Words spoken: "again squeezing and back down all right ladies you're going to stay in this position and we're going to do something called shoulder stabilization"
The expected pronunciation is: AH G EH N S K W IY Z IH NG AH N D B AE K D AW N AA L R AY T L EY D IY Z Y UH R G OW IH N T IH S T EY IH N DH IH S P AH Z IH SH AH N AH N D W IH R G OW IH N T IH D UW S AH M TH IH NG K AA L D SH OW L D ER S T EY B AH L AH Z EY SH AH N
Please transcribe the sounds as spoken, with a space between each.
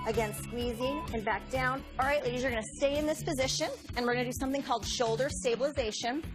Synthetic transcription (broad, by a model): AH G EH N S K W IY Z IH NG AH N B AE K D AW N AA L R AY T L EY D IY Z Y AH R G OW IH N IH S T EY IH N DH IH S P AH Z IH SH AH N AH N W IH R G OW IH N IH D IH S AH M TH IH NG K AA L D SH OW L D ER S T EY B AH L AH Z EY SH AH N